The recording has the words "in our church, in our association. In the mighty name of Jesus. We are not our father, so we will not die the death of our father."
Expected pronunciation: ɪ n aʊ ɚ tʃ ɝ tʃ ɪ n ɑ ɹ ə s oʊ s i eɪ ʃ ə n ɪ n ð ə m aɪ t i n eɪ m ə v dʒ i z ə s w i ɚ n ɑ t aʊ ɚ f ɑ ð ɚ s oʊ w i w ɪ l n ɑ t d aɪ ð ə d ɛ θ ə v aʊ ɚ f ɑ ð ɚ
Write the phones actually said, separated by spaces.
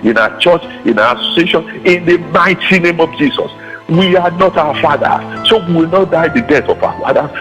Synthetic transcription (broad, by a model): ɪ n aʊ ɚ tʃ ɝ tʃ ɪ n ɑ ə s oʊ s i eɪ ʃ ə n ɪ n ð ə m aɪ t i n eɪ m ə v dʒ i s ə s w i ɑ n ɑ t aʊ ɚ f ɑ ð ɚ s oʊ w i w ɪ l n ɑ t d aɪ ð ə d ɛ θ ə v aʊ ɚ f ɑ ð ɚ